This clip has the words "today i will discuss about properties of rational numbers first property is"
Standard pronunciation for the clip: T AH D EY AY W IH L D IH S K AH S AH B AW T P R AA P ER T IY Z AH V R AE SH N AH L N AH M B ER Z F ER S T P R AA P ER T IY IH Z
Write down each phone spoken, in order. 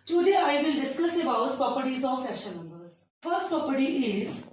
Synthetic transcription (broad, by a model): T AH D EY AY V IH L D IH S K AH S AH B AW T P R AA P ER T IY Z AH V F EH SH AH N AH M B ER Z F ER S T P R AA P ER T IY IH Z